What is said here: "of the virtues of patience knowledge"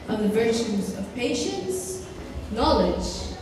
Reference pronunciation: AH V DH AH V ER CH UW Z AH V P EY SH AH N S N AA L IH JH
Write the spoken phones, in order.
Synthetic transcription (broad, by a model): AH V DH AH V ER CH UW Z AH V P EY SH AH N S N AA L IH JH